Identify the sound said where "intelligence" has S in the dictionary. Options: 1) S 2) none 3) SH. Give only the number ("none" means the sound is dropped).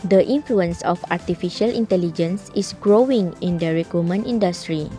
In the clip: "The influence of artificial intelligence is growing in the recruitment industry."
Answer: 1